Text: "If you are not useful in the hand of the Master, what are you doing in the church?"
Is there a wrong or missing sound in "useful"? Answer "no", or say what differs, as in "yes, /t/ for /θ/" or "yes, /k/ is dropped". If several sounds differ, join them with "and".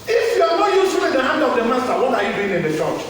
yes, /f/ is dropped